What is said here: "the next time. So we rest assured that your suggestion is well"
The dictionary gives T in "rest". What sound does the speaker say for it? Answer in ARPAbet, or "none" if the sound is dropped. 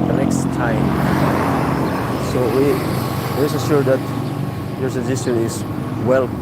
none